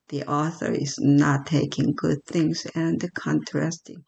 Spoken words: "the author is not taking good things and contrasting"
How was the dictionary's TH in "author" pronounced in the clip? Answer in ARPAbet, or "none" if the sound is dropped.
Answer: TH